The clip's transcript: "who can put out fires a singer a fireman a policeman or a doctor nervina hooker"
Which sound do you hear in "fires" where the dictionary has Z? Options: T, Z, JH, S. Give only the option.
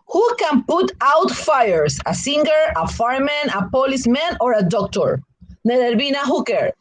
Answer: S